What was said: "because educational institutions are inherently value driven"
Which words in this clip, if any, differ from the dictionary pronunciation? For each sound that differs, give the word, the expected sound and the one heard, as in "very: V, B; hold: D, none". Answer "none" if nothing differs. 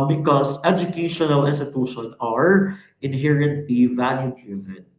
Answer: institutions: Z, none